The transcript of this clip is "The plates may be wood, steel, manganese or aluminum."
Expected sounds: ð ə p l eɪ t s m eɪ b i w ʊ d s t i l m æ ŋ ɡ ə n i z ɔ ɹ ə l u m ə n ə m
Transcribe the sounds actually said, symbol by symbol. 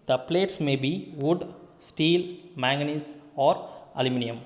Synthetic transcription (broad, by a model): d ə p l eɪ t s m eɪ b i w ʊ d s t i l m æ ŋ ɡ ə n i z ɔ ɹ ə l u m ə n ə m